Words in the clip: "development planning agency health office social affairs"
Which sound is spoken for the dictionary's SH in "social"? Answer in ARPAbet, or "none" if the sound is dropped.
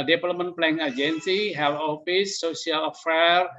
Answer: none